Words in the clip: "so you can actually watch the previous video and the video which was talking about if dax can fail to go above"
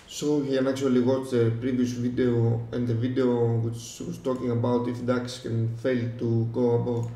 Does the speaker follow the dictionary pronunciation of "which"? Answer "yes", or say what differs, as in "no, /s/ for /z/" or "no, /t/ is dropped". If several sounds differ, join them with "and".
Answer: no, /s/ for /tʃ/